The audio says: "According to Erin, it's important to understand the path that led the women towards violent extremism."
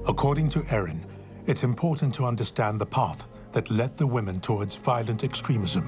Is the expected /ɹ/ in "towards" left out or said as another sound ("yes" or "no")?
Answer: no